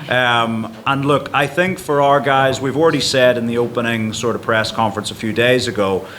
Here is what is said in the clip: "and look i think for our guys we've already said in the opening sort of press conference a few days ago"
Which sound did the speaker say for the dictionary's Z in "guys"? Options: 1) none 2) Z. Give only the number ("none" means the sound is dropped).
2